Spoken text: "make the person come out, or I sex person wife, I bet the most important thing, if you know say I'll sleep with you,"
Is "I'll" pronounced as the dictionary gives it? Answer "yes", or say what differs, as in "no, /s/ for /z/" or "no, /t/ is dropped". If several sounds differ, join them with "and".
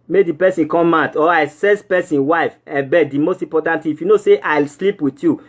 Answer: yes